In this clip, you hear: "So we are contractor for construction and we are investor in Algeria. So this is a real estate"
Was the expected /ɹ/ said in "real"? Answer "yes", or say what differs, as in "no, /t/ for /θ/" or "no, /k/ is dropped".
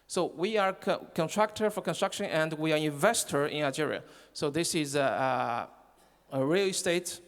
yes